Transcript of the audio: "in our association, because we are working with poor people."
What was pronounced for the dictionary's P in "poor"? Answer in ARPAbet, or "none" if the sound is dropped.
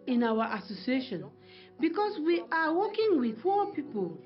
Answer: F